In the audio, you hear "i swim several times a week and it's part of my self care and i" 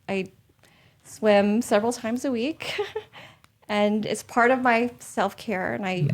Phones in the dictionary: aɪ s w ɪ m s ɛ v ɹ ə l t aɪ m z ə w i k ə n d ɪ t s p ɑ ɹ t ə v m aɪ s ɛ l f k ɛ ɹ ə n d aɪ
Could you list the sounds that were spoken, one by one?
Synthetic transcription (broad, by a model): aɪ s w ɪ m s ɛ v ɹ l t aɪ m z ə w i k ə n ɪ t s p ɑ ɹ t ə v m aɪ s ɛ l f k ɛ ɹ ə n aɪ